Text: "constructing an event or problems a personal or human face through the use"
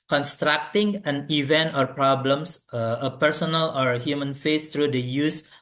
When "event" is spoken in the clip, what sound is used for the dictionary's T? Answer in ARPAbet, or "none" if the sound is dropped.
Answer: T